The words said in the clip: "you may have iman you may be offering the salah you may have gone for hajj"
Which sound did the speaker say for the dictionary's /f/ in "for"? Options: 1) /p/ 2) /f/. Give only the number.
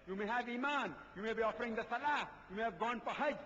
1